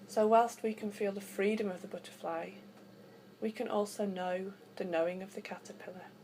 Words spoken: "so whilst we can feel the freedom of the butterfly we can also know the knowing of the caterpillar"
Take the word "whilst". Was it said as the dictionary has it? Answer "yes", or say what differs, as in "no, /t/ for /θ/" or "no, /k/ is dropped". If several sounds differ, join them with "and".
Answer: yes